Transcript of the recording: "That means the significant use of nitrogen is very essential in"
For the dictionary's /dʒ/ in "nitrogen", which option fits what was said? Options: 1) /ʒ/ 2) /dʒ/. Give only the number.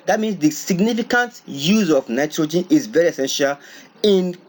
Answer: 2